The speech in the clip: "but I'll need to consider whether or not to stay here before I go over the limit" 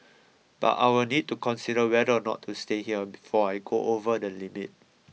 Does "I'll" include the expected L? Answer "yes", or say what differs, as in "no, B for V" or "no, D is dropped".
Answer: no, W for L